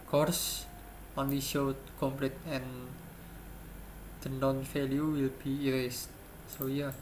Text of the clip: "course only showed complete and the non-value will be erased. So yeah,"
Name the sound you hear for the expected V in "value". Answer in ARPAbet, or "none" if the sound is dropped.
F